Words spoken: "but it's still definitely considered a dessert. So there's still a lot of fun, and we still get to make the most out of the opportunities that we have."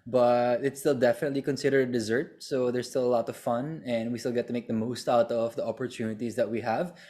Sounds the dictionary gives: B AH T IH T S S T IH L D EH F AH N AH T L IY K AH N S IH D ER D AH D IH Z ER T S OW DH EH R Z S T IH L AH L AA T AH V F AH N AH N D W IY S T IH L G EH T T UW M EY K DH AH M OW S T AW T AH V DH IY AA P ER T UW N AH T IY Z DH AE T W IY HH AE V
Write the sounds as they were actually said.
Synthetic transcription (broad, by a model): B AH T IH T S S T IH L D EH F AH N AH T L IY K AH N S IH D ER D AH D IH Z ER T S OW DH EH R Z S T IH L AH L AA T AH V F AH N AH N D W IY S T IH L G EH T T UW M EY K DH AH M OW S T AW T AH V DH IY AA P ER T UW N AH T IY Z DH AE T W IY HH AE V